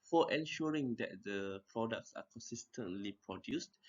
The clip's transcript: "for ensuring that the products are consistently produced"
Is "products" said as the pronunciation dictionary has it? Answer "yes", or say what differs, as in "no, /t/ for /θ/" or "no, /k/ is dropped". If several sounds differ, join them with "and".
yes